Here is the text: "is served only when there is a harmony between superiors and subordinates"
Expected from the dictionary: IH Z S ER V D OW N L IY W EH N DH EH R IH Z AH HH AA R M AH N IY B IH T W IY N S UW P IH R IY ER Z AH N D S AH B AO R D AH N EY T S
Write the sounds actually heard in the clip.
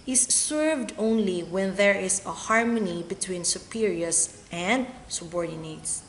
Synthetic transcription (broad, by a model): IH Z S ER V D OW N L IY W EH N DH EH R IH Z AH HH AA R M AH N IY B IH T W IY N S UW P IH R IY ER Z AH N D S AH B AO R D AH N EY T S